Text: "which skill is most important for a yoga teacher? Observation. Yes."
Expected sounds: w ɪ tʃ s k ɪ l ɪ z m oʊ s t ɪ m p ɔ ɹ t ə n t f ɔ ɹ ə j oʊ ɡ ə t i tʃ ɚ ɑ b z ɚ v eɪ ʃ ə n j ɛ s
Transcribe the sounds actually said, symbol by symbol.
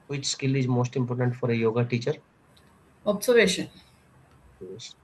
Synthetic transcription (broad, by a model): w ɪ tʃ s k ɪ l ɪ z m oʊ s t ɪ m p ɔ ɹ t ə n t f ɔ ɹ ə j oʊ ɡ ə t i tʃ ɚ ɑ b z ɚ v eɪ ʃ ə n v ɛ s